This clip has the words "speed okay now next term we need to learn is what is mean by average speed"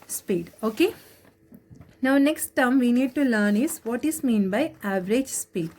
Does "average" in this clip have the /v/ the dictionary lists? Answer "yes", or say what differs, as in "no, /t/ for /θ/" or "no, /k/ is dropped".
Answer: yes